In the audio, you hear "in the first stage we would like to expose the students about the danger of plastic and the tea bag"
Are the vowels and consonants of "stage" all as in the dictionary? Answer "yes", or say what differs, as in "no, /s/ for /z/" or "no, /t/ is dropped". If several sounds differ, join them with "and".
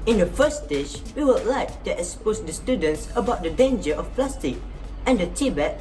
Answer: no, /ʃ/ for /dʒ/